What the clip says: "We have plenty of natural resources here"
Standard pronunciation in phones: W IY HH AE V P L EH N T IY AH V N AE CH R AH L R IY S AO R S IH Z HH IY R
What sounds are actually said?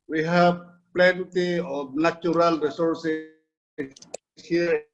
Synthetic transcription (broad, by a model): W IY HH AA B P L EH N T IY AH B N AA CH R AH L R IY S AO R S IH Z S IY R